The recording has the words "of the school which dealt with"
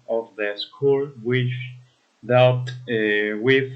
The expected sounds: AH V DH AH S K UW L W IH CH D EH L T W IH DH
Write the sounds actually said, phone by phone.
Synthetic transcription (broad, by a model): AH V DH AH S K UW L W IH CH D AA T W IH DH